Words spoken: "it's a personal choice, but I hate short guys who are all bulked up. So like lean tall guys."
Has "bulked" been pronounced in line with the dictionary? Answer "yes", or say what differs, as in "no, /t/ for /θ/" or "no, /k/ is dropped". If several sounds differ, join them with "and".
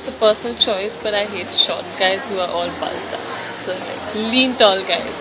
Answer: no, /k/ is dropped